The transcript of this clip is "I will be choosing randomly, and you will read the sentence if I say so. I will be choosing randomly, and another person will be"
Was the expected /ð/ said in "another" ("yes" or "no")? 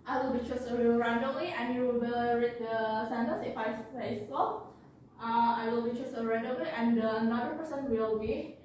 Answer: no